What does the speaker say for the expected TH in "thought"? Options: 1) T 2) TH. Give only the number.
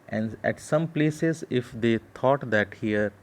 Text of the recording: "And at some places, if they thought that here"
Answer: 1